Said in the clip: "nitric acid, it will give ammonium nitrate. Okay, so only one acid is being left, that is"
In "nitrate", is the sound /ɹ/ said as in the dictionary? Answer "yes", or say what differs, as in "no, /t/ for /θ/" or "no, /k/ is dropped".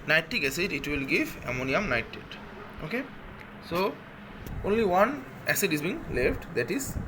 no, /ɹ/ is dropped